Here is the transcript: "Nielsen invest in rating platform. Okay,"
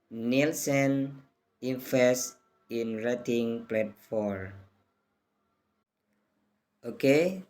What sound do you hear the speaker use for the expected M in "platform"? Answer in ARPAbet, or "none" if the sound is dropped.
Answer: none